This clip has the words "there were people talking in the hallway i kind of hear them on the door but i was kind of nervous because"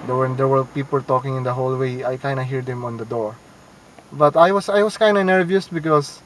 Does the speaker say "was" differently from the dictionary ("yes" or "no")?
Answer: yes